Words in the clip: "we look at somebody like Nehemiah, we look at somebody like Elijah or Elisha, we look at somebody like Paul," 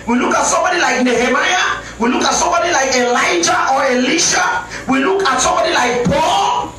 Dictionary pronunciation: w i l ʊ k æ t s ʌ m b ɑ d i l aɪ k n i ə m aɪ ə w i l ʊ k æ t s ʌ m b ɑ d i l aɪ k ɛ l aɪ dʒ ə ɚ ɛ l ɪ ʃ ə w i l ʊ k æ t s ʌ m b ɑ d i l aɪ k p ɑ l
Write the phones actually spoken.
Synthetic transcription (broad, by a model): w i l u k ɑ t s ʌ m b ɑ d i l aɪ k n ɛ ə m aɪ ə w i l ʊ k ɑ t s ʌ m b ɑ d i l aɪ k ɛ l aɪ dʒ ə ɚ ɛ l ɪ ʃ ə w i l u k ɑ t s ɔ m b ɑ d i l aɪ k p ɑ l